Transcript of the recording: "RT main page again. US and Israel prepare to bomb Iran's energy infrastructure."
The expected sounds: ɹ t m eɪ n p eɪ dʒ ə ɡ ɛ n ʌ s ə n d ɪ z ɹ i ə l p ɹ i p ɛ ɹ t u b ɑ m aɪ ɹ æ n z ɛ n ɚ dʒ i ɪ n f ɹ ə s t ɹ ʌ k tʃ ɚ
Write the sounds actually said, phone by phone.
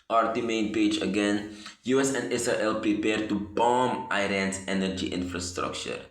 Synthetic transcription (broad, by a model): ɹ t m eɪ n p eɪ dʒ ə ɡ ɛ n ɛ s ə n d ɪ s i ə l p ɹ i p ɛ ɹ t u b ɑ m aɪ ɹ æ n s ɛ n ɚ dʒ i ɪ n f ɹ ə s t ɹ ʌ k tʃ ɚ